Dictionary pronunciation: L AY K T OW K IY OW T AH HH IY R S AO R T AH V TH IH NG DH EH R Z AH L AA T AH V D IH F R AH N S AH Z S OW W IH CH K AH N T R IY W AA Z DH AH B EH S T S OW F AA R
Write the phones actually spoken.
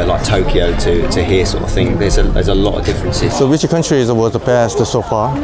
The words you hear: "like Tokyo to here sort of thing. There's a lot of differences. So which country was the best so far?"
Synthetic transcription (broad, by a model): L AY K T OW K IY OW T AH HH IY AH S AO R T AH V TH IH NG DH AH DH Z AH L AA T AH V D IH F R AH N S AH Z S OW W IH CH K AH N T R IY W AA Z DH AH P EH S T S OW F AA